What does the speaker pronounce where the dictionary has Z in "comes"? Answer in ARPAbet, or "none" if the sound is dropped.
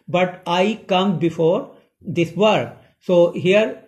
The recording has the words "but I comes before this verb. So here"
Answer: none